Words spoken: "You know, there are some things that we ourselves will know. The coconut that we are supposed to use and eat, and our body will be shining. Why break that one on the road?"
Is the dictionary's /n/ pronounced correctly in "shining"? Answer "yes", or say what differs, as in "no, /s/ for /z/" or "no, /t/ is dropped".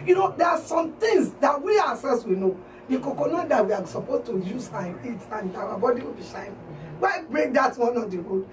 no, /n/ is dropped